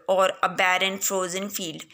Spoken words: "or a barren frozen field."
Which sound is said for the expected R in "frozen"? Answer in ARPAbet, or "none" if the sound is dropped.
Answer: R